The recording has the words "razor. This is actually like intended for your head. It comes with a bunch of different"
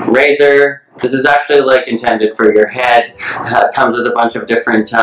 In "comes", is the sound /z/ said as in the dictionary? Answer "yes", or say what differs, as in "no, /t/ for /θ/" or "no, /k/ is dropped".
yes